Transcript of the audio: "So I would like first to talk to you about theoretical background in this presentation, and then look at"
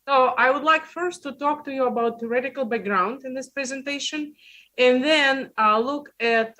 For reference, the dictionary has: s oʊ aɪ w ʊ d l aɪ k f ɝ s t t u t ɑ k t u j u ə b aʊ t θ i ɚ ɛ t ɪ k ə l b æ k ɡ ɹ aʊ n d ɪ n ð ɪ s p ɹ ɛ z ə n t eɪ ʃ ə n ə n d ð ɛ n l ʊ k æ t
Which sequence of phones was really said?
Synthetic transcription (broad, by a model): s oʊ aɪ w ʊ d l aɪ k f ɝ s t t u t ɑ k t u j u ə b aʊ t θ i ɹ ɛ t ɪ k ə l b æ k ɡ ɹ aʊ n d ɪ n ð ɪ s p ɹ ɛ z ə n t eɪ ʃ ə n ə n ð ɛ n l ʊ k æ t